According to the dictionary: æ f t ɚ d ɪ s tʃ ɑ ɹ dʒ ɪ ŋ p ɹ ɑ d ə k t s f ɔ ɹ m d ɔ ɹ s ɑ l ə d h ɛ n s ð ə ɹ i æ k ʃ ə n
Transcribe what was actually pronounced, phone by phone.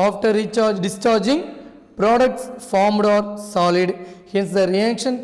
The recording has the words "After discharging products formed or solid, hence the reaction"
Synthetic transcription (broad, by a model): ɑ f t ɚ d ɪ s tʃ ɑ ɹ dʒ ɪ ŋ p ɹ ɑ d ə k t s f ɔ ɹ m d ɔ ɹ s ɑ l ə d h ɛ n s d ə ɹ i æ k ʃ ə n